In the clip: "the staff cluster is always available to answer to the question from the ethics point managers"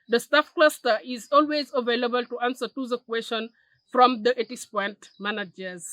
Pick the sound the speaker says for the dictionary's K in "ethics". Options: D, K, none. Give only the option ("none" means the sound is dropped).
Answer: none